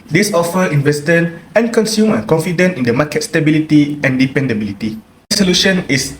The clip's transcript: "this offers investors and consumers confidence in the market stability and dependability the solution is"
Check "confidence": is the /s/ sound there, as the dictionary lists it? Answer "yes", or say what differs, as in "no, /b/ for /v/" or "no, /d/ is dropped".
no, /s/ is dropped